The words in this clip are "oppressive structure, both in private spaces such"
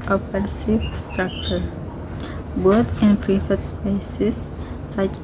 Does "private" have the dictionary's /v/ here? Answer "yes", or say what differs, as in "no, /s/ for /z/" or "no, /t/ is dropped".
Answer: no, /f/ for /v/